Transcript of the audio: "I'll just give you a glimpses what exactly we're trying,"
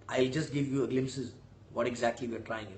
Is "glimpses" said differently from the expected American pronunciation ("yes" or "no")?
no